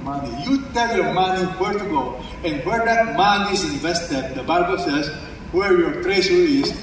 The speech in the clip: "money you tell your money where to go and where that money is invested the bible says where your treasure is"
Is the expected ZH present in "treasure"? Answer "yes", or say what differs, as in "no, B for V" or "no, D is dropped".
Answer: no, S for ZH